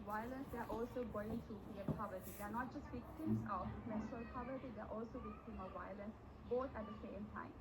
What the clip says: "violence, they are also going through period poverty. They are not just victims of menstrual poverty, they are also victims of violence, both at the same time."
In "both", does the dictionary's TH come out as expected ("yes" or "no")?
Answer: no